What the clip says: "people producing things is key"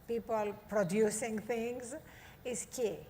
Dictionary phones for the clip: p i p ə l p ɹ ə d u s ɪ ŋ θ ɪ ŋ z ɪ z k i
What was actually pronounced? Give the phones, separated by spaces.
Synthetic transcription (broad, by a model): p i p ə l p ɹ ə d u s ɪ ŋ t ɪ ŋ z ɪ s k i